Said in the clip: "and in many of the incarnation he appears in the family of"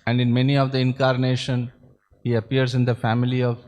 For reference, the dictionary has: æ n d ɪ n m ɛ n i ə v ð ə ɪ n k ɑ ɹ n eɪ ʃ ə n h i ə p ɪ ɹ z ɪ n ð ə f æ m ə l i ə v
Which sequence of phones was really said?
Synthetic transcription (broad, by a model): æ n d ɪ n m ɛ n i ə v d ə ɪ n k ɑ ɹ n eɪ ʃ ə n h i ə p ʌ ɹ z ɪ n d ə f æ m ə l i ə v